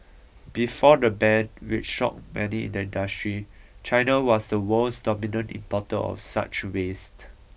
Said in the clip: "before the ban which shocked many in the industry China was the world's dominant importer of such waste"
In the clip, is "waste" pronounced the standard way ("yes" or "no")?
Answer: yes